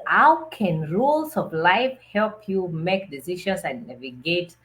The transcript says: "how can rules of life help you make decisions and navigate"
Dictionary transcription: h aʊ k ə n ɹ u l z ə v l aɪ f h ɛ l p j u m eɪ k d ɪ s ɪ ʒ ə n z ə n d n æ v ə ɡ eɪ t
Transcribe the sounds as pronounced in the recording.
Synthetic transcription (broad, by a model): h aʊ k ə n ɹ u l s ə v l aɪ f h ɛ l p j u m eɪ k d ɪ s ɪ ʃ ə n s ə n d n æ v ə ɡ eɪ t